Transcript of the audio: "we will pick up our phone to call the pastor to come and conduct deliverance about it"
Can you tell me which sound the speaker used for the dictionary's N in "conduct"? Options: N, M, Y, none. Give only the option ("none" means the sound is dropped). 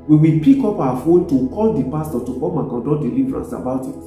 none